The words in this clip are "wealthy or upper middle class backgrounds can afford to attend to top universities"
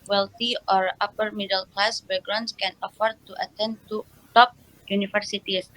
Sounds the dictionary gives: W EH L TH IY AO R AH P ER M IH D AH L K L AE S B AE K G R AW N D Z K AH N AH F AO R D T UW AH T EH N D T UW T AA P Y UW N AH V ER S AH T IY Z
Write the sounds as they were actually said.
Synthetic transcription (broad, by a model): W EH L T IY AO R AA P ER M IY D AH L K L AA S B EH G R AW N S K AH N AH F AO R D T UW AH T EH N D T UW T AA P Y UW N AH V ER S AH T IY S